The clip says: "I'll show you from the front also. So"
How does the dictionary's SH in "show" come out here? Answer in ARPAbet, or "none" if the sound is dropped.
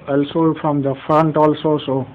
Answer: S